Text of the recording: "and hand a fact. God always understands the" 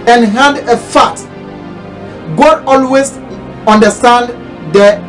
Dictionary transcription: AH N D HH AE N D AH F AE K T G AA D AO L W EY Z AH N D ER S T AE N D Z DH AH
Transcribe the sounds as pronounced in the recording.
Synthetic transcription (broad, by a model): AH N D HH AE N D AH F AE T G AA D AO L W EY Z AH N D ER S T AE N D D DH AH